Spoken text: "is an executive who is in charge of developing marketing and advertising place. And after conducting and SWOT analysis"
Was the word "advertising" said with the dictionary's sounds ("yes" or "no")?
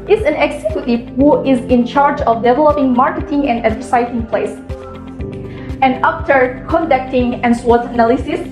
no